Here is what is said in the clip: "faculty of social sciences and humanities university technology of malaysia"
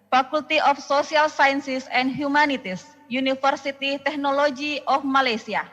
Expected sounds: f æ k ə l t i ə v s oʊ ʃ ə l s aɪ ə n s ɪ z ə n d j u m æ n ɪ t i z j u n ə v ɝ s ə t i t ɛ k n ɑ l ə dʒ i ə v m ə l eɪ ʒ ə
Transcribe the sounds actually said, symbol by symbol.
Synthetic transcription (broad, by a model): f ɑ k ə l t i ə f s oʊ s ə l s aɪ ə n s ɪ s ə n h j u m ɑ n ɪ t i s j u n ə f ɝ s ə t i t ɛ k n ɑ l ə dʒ i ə f m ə l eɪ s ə